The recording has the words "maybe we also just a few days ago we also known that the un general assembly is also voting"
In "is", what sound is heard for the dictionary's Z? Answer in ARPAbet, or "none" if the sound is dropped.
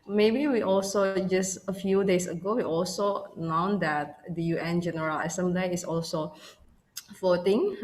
S